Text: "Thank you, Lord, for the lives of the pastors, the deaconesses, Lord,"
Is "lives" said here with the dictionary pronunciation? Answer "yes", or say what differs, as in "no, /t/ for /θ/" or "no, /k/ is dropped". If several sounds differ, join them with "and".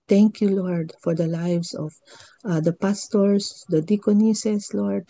no, /s/ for /z/